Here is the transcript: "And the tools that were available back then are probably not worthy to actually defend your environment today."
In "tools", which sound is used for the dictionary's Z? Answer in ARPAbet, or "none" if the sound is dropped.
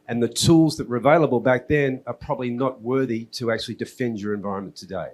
Z